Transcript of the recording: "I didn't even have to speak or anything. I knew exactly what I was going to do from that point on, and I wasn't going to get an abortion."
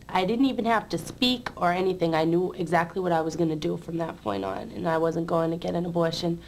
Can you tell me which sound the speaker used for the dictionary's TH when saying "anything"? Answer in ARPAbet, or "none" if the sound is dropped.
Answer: TH